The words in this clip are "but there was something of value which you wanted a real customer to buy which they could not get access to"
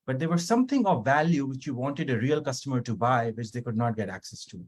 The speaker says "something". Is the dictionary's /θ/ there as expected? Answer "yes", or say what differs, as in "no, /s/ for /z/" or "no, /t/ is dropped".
no, /t/ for /θ/